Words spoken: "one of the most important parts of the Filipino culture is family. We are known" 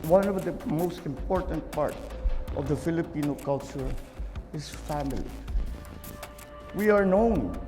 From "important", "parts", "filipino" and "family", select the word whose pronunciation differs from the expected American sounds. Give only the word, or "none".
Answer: parts